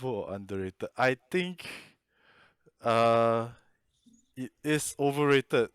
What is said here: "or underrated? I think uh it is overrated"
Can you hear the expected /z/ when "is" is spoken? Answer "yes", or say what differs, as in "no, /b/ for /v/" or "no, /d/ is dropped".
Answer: no, /s/ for /z/